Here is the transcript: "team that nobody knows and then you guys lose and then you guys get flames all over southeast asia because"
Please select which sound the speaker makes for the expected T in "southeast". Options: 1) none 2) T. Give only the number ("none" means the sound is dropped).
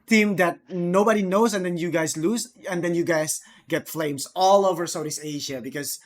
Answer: 1